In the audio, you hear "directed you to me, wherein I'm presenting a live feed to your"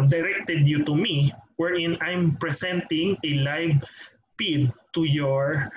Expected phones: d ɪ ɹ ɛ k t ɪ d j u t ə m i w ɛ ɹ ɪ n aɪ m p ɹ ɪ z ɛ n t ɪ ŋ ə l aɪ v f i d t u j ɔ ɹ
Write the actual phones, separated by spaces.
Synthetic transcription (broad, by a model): d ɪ ɹ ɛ k t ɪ d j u t ə m i w ɛ ɹ ɪ n aɪ m p ɹ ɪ s ɛ n t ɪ ŋ ə l aɪ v p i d t u j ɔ ɹ